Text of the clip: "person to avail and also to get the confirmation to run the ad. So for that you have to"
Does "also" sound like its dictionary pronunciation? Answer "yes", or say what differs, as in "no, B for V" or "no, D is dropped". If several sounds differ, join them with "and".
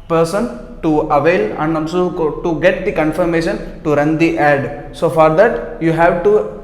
no, N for L